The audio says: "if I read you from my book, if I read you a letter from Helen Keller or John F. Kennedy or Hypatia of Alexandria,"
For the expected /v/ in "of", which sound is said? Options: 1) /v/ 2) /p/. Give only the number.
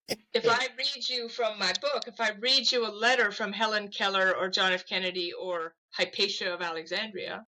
1